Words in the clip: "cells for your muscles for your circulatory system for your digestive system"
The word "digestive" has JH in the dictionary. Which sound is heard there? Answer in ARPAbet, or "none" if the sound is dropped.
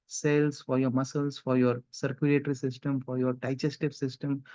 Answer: CH